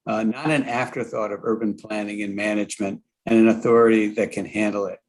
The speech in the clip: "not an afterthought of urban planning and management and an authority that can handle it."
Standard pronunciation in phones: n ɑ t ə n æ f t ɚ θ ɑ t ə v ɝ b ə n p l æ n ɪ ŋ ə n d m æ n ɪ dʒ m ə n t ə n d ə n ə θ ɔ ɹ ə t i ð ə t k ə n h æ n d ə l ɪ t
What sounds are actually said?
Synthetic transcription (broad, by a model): n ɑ t ə n æ f t ɚ θ ɑ t ə v ɝ b ə n p l æ n ɪ ŋ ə n m æ n ɪ dʒ m ə n t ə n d ə n ə θ ɔ ɹ ə t i ð ə t k ə n h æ n d l ɪ t